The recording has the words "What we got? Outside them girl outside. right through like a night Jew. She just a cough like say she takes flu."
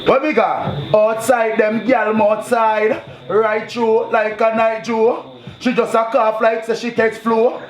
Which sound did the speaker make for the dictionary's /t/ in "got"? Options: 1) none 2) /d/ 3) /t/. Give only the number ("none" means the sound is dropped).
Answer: 1